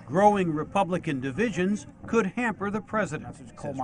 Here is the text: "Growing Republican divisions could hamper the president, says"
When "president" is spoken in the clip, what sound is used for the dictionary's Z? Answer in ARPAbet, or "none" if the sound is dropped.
Z